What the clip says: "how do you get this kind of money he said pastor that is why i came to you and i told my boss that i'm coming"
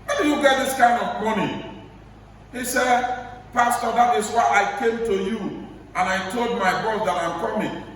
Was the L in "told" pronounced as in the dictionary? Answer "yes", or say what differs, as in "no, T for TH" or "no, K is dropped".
yes